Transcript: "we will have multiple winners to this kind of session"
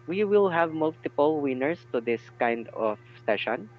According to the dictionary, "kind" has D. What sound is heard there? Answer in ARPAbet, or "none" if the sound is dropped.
D